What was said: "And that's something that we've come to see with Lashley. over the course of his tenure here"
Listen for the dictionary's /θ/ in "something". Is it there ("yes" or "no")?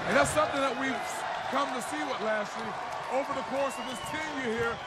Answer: yes